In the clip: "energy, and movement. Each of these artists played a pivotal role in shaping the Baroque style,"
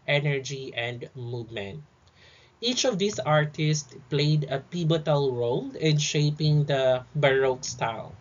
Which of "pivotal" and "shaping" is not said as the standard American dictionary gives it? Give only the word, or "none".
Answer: pivotal